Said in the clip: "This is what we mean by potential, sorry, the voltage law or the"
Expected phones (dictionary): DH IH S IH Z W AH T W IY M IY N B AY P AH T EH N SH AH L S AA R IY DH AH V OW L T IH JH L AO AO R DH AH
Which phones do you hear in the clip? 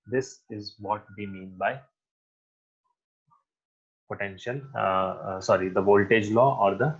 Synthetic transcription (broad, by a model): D IH S IH Z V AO T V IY M IY N B AY P AH T EH N SH AH L S AA R IY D AH V OW L T IH JH L AO AO R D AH